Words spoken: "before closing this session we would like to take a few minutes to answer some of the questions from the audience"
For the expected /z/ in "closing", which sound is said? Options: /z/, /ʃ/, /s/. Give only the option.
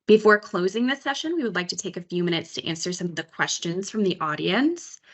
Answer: /z/